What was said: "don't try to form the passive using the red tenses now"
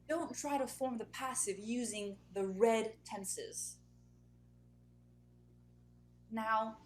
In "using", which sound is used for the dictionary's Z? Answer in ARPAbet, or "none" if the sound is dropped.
Z